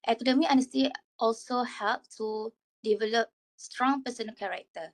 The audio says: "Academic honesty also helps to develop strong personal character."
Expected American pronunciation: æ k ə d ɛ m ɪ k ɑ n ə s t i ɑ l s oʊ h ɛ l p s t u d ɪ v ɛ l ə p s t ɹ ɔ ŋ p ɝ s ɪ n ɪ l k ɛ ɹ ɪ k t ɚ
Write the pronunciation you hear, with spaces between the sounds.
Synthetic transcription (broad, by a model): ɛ k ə d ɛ m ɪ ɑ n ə s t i ɑ l s oʊ h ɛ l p t u d ɪ v ɛ l ə p s t ɹ ɔ ŋ p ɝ s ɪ n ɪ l k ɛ ɹ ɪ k t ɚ